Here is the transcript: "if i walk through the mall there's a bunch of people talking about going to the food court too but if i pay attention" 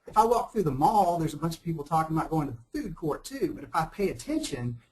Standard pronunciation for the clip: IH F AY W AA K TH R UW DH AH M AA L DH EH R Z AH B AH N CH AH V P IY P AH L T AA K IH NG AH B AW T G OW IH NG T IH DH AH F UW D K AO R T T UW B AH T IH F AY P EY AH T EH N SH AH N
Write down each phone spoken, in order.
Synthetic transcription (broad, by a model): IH F AY W AA K TH R UW DH AH M AA L DH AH R Z AH B AH N CH AH V P IY P L T AA K IH NG AH B AW T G OW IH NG T IH DH AH F UW D K AO R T T UW B AH T IH F AY P EY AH T EH N SH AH N